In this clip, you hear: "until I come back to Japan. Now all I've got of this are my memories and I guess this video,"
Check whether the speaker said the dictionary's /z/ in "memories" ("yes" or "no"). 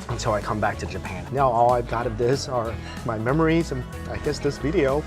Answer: yes